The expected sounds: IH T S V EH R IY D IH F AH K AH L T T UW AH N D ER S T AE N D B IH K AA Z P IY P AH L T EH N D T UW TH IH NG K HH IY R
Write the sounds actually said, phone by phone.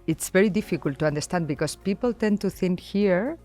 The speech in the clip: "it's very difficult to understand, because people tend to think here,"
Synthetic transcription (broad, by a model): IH T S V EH R IY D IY F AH K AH L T T UW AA N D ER S T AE N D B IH K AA S P IY P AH L T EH N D T UW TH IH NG K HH IY R